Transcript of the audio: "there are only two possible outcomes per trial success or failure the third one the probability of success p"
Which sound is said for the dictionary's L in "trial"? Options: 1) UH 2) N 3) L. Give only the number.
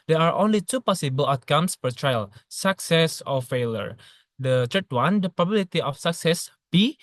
3